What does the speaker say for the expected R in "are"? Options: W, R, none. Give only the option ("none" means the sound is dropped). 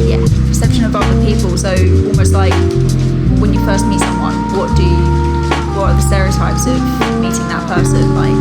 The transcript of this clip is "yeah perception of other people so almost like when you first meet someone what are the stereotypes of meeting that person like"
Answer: W